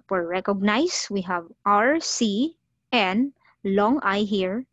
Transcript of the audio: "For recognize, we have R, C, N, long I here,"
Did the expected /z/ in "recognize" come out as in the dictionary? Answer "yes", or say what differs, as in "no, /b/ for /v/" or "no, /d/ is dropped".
no, /s/ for /z/